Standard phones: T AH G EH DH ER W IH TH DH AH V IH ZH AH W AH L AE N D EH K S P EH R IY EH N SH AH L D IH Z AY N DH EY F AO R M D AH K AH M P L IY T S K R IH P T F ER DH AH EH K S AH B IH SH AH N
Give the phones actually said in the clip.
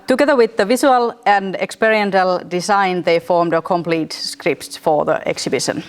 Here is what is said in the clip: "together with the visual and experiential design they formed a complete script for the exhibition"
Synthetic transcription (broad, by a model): T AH G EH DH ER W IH DH AH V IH S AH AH L AE N D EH K S P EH R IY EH N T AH L D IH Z AY N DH EY F AO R M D AH K AH M P L IY T S K R IH P T F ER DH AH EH K S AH B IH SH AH N